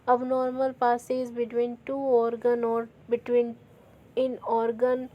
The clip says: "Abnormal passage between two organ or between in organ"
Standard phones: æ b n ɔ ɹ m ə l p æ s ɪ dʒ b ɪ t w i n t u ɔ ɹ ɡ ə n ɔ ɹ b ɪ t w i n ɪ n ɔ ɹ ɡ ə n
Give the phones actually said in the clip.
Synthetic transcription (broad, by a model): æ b n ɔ ɹ m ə l p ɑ s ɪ z b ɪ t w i n t u ɔ ɹ ɡ ə n ɔ ɹ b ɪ t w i n ɪ n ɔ ɹ ɡ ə n